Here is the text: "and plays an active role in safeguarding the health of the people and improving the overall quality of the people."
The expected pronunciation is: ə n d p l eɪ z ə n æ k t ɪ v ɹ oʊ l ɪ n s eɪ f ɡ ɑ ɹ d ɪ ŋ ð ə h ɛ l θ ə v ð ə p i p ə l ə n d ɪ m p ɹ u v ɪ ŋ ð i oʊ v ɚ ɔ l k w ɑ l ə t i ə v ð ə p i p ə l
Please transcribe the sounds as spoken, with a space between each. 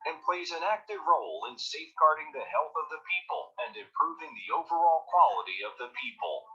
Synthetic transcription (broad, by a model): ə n p l eɪ z ə n æ k t ɪ v ɹ oʊ l ɪ n s eɪ f ɡ ɑ ɹ d ɪ ŋ ð ə h ɛ l θ ə v ð ə p i p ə l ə n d ɪ m p ɹ u v ɪ ŋ ð i oʊ v ɚ ɔ l k w ɑ l ə t i ə v ð ə p i p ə l